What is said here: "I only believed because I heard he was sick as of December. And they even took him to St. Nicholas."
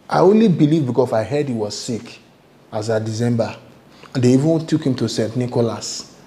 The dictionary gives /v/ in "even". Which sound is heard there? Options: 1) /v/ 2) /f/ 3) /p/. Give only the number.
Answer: 1